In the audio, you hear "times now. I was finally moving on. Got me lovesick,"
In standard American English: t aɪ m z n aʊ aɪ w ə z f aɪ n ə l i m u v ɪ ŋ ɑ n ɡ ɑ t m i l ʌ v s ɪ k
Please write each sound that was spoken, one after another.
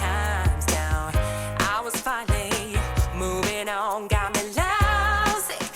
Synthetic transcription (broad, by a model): aɪ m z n aʊ aɪ w ə z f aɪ ə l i m u v ɪ ŋ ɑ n ɡ ɑ t m i l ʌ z